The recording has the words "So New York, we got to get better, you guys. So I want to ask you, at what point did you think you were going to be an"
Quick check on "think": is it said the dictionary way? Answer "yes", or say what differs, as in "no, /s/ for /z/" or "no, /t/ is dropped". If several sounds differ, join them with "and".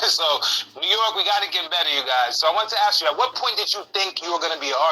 yes